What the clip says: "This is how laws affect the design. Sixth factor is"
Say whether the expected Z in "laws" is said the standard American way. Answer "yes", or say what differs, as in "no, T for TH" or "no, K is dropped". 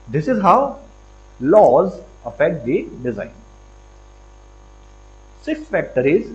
yes